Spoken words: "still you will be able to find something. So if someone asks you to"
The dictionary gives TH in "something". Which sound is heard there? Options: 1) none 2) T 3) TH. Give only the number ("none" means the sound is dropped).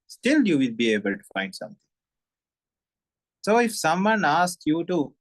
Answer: 2